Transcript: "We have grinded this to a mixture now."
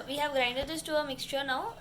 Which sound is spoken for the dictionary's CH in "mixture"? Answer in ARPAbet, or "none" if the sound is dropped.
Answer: CH